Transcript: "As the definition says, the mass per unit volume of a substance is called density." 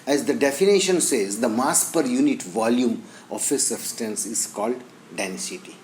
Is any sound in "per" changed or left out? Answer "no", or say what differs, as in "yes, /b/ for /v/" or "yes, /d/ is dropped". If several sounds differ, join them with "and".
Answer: no